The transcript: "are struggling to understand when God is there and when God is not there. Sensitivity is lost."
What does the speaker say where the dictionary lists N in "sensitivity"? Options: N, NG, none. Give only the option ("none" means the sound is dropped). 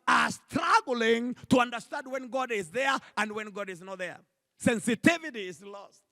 N